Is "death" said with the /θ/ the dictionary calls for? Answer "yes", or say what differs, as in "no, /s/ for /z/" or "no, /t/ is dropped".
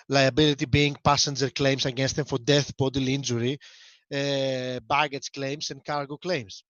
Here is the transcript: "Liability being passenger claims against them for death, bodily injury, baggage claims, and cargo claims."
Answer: yes